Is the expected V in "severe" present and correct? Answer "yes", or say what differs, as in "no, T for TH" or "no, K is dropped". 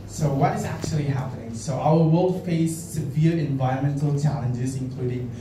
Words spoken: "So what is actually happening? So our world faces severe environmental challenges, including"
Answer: yes